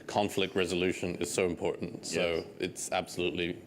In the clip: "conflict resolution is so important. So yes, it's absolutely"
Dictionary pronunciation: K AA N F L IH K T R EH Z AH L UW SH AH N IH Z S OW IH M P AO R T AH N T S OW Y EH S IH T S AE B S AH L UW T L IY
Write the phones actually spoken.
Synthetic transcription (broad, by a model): K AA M F L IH K T R EH Z AH L UW SH AH N IH Z S OW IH M P AO R T N T S OW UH IH T S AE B S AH L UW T L IY